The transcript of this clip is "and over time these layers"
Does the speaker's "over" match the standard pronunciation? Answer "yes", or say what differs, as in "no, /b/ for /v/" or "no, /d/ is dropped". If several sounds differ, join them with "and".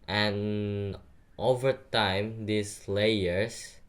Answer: yes